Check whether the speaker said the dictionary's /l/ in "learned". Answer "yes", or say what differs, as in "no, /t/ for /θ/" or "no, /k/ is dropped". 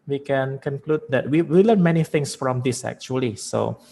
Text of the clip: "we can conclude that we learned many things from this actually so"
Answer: no, /w/ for /l/